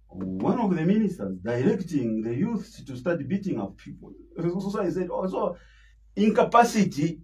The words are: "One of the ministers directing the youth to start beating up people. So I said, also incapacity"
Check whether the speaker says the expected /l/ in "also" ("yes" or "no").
no